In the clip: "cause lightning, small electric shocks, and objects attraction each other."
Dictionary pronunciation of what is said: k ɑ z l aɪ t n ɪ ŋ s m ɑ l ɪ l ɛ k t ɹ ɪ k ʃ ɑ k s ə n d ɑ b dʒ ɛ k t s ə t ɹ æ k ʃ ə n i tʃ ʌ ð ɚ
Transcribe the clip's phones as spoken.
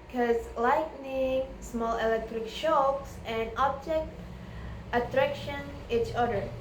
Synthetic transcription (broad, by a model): k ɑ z l aɪ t n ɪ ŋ s m ɑ l ɪ l ɛ k t ɹ ɪ k ʃ ɑ k s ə n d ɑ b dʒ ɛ k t ə t ɹ æ k ʃ ə n i tʃ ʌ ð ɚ